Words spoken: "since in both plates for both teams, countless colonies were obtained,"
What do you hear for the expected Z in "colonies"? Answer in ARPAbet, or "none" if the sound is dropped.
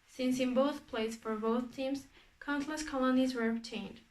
Z